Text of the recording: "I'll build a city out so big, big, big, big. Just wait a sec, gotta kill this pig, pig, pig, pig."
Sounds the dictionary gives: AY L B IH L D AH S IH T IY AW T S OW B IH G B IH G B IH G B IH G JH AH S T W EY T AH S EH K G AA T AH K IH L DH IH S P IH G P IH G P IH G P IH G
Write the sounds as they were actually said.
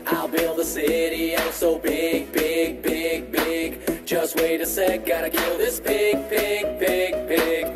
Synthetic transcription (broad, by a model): AY L B IH L D AH S IH T IY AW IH S OW B IH G B IH G B IH G B IH G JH AH S T W EY T AH S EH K G AA T AH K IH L DH IH S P IH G P IH G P IH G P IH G